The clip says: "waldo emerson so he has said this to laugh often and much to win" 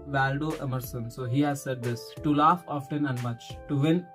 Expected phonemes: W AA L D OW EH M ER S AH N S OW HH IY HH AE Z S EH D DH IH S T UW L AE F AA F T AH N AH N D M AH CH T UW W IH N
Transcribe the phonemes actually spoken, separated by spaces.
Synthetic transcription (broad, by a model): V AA L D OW EH M ER S AH N S OW HH IY HH AE Z S EH D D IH S T UW L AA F AA F T AH N AH N D M AH CH T UW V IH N